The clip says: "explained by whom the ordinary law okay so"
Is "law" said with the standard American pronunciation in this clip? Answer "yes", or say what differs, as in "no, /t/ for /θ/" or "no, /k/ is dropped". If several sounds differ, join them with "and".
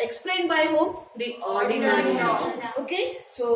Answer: no, /n/ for /l/